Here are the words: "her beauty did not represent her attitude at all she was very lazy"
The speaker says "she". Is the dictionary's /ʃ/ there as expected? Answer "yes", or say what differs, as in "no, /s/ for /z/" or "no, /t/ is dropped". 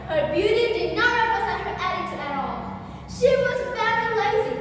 yes